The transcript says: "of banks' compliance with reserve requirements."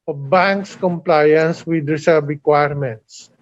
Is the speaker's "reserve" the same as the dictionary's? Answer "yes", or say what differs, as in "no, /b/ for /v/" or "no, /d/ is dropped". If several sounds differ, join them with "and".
no, /s/ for /z/ and /b/ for /v/